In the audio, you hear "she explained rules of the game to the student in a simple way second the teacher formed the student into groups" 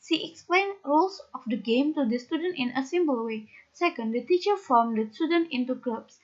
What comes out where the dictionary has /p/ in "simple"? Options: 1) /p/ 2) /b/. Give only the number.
2